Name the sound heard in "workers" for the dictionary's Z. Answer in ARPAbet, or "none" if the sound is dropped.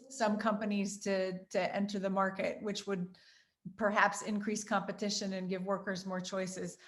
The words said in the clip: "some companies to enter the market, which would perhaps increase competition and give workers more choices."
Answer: Z